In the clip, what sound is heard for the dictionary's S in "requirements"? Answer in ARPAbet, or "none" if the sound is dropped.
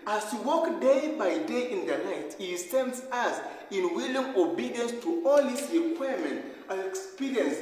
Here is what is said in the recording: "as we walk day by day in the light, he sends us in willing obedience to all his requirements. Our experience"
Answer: none